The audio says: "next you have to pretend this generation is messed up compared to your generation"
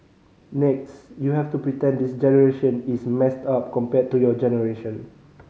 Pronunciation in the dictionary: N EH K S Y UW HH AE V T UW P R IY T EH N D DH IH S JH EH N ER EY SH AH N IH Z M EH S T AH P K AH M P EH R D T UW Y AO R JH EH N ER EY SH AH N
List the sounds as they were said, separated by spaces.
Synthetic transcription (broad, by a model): N EH K S Y UW HH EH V T UW P R IY T EH N D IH S JH EH N ER EY SH AH N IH S M EH S T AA P K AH M P EH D T UW Y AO JH EH N ER EY SH AH N